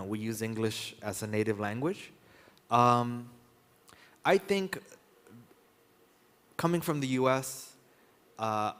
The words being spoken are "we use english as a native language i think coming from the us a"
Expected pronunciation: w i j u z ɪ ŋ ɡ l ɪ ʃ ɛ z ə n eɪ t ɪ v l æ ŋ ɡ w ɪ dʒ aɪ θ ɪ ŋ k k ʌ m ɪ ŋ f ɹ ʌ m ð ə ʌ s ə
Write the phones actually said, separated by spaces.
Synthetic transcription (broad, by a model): w i j u z ɪ ŋ ɡ l ɪ ʃ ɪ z ə n eɪ t ɪ v l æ ŋ ɡ w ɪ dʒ aɪ θ ɪ ŋ k k ʌ m ɪ ŋ f ɹ ʌ m ð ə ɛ s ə